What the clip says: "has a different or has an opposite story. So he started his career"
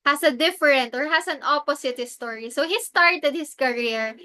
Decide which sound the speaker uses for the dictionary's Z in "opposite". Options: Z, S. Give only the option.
S